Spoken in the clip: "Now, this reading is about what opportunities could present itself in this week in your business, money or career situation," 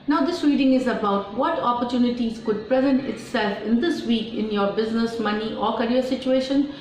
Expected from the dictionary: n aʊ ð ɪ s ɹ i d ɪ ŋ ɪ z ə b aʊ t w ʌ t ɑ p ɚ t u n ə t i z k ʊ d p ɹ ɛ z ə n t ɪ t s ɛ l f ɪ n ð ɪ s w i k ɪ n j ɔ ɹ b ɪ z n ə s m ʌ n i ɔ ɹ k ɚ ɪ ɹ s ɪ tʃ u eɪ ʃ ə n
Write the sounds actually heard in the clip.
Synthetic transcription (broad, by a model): n aʊ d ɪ s ɹ i d ɪ ŋ ɪ z ə b aʊ t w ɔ t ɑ p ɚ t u n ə t i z k ʊ d p ɹ ɛ z ə n t ɪ t s ɛ l f ɪ n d ɪ s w i k ɪ n j ɔ ɹ b ɪ z n ə s m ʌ n i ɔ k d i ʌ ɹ s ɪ tʃ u eɪ ʃ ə n